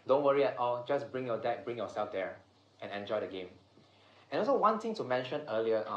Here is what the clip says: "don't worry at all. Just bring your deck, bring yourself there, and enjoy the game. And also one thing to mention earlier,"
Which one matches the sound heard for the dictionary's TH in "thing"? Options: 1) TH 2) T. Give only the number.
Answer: 2